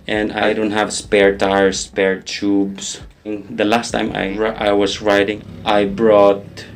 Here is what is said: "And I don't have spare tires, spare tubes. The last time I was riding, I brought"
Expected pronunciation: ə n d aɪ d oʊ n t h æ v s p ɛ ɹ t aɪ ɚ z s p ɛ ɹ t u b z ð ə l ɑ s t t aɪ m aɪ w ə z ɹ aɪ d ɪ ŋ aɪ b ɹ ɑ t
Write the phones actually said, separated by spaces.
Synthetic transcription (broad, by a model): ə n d aɪ d oʊ n t h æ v s p ɛ ɹ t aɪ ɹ s p ɛ ɹ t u b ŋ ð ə l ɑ s t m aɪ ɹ aɪ w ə s ɹ aɪ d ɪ ŋ aɪ b ɹ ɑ t